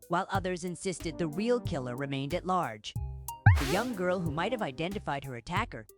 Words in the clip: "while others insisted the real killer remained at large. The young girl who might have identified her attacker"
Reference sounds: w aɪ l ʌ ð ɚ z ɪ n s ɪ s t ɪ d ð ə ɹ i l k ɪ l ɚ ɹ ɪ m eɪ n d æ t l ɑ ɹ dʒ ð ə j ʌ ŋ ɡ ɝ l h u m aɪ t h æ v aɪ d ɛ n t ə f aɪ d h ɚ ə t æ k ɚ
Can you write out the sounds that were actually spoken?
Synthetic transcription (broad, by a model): w aɪ l ʌ ð ɚ z ɪ n s ɪ s t ɪ d ð ə ɹ i l k ɪ l ɚ ɹ ɪ m eɪ n d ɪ t l ɑ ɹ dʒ ð ə j ʌ ŋ ɡ ɝ l h u m aɪ t h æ v aɪ d ɛ n t ə f aɪ d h ɚ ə t æ k ɚ